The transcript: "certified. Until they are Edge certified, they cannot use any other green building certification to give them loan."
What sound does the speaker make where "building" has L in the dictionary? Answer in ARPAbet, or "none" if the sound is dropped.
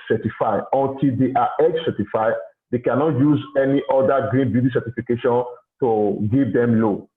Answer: none